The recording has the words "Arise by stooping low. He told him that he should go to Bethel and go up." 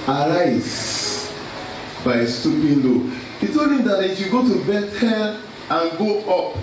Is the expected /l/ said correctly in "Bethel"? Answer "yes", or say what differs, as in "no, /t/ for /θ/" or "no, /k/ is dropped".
no, /n/ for /l/